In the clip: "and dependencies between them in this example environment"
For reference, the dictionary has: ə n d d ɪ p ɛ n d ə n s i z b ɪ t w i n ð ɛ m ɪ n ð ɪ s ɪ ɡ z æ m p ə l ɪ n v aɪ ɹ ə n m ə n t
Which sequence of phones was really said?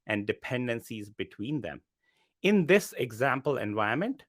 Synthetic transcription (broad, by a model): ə n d d ɪ p ɛ n d ə n s i z b ɪ t w i n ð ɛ m ɪ n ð ɪ s ɪ ɡ z æ m p ə l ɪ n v aɪ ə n m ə n t